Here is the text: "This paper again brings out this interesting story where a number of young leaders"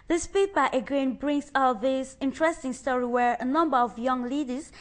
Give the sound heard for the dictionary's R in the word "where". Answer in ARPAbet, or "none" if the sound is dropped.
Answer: R